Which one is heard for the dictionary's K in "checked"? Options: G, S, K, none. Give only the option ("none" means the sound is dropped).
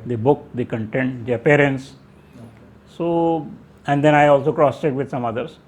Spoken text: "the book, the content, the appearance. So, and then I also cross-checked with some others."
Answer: none